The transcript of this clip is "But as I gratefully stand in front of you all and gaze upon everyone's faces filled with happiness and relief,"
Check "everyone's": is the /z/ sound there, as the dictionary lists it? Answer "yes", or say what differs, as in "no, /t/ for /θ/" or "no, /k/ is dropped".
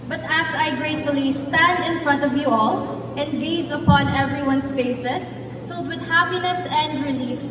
no, /s/ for /z/